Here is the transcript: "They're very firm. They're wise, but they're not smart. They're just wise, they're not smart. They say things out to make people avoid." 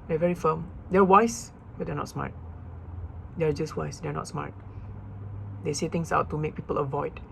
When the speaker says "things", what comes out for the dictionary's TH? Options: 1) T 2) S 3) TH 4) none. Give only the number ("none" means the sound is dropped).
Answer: 1